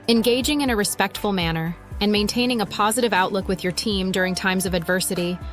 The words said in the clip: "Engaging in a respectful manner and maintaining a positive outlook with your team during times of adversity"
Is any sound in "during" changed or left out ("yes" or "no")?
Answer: no